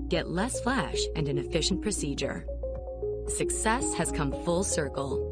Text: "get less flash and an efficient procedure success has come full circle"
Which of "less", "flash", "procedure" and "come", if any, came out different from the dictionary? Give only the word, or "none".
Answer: none